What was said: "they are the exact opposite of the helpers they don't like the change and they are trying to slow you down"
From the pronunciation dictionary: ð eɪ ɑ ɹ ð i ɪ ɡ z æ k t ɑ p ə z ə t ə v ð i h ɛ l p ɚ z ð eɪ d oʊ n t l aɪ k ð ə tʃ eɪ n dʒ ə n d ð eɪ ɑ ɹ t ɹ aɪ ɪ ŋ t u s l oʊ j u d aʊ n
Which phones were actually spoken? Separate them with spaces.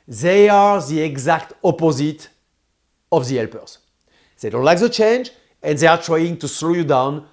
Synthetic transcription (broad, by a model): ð eɪ ɑ ɹ ð i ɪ ɡ z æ k t ɑ p ə z ə t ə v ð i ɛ l p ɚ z ð eɪ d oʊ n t l aɪ k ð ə tʃ eɪ n dʒ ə n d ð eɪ ɑ ɹ t ɹ aɪ ɪ ŋ t u s l oʊ j u d aʊ n